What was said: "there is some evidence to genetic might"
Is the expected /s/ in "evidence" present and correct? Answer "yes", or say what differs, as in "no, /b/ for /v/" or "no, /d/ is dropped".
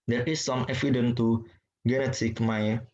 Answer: no, /s/ is dropped